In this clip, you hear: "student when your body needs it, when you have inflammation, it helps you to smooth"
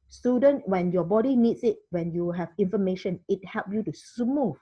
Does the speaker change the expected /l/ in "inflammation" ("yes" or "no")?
yes